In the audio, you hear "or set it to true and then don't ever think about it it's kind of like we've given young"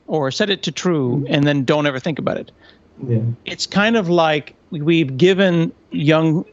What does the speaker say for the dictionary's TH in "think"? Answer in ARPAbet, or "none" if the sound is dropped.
TH